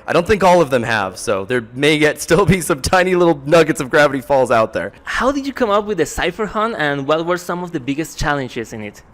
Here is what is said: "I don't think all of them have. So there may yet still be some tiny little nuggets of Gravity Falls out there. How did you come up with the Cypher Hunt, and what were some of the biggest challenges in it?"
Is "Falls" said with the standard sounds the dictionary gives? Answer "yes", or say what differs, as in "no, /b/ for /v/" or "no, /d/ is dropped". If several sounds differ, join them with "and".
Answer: yes